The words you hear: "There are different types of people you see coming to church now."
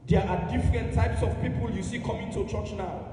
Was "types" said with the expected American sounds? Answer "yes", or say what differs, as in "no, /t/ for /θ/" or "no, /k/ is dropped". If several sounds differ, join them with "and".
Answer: yes